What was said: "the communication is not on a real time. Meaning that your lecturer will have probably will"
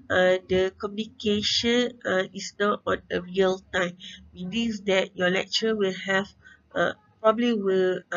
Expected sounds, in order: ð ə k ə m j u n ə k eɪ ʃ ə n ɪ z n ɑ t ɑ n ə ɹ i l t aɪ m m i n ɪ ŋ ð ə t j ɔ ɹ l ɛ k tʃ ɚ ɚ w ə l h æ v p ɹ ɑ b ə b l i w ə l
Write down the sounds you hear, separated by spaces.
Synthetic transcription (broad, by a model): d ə k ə m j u n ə k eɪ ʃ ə n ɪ s n ɑ t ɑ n ə ɹ i l t aɪ m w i l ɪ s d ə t j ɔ l ɛ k tʃ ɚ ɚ w ə l h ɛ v p ɹ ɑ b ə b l i w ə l